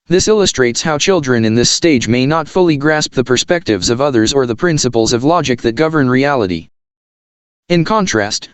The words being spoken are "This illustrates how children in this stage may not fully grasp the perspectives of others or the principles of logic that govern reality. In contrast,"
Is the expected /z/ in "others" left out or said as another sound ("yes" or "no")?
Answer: no